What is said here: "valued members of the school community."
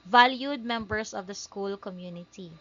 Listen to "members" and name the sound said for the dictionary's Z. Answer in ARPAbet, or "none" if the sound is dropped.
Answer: S